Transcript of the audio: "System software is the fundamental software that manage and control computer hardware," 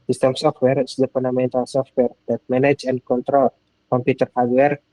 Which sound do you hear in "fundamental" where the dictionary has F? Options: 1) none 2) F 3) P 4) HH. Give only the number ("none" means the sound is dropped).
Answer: 3